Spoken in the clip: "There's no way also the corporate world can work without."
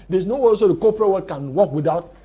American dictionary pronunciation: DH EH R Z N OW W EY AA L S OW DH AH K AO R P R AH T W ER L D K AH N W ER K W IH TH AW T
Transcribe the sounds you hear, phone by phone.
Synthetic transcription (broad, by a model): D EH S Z N OW W EY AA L S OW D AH K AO P R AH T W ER D K AH N W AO K W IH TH AW T